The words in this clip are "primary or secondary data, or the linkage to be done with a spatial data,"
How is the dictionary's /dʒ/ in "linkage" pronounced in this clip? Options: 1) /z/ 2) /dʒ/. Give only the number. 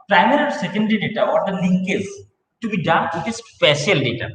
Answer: 1